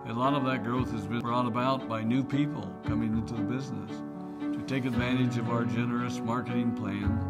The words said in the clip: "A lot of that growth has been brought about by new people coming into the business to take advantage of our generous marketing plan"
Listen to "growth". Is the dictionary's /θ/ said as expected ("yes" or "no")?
yes